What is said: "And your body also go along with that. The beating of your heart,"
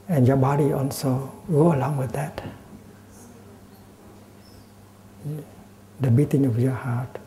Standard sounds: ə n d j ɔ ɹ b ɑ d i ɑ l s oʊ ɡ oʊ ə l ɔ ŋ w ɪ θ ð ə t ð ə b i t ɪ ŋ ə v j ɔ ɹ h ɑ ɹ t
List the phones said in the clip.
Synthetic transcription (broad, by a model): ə n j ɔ b ɑ d i ɑ l s oʊ ɡ oʊ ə l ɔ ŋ w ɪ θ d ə t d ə b i t ɪ ŋ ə f j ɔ h ɑ t